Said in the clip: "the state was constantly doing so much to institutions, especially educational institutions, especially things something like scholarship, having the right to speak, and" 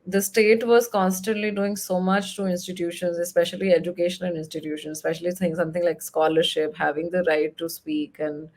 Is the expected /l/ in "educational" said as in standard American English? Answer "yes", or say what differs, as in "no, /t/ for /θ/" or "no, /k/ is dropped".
no, /n/ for /l/